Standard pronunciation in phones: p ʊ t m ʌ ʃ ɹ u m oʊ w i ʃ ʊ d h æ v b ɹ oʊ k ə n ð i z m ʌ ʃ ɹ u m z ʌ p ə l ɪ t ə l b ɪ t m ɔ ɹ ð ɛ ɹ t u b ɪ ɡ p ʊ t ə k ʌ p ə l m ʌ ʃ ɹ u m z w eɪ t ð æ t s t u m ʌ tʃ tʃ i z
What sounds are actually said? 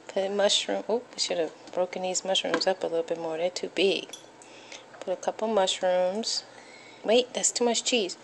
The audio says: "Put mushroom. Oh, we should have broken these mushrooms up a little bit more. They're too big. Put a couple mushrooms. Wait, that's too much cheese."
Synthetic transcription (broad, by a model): p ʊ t m ʌ ʃ ɹ u m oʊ w i ʃ ʊ d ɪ v b ɹ oʊ k ə n ð i z m ʌ ʃ ɹ u m z ʌ p ə l ɪ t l b ɪ t m ɔ ɹ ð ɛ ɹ t u b ɪ ɡ p ʊ t ə k ʌ p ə m ʌ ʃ ɹ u m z w eɪ t ð æ t s t u m ʌ tʃ tʃ i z